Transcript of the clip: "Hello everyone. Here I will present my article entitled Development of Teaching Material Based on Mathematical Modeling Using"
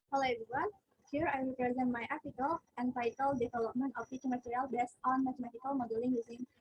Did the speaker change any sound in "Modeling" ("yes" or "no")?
no